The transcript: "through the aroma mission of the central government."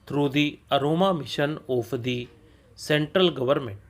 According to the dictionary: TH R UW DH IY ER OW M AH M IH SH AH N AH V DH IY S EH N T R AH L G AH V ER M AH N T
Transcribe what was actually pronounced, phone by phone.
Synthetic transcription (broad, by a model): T R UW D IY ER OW M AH M IH SH AH N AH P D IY S EH N T R AH L G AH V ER M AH N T